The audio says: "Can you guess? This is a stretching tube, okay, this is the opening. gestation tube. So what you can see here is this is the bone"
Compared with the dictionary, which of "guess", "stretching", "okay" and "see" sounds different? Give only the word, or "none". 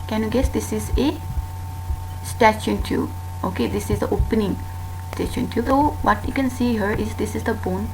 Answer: stretching